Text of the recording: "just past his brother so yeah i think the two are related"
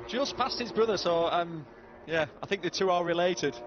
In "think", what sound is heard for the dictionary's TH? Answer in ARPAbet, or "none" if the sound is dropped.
TH